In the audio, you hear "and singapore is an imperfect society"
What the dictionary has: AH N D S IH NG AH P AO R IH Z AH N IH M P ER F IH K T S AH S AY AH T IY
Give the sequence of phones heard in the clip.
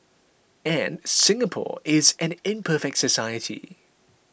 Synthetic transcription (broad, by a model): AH N S IH NG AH P AO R IH Z AH N IH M P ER F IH K T S AH S AY AH T IY